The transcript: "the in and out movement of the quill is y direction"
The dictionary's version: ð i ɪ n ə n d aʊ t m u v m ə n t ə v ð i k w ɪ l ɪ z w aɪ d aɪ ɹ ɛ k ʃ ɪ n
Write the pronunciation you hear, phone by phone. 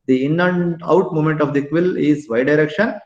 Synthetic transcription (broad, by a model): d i ɪ n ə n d aʊ t m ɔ m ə n t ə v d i k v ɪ l ɪ z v aɪ d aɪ ɹ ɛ k ʃ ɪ n